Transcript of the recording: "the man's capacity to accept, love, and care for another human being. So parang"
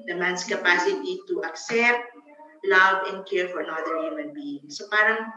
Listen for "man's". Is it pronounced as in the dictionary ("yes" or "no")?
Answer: no